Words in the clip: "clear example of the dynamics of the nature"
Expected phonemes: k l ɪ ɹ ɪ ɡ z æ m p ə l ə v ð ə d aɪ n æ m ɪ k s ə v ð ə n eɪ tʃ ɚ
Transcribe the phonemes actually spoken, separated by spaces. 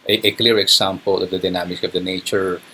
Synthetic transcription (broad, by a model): k l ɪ ɹ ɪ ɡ s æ m p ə l ə v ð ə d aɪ n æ m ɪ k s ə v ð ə n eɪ tʃ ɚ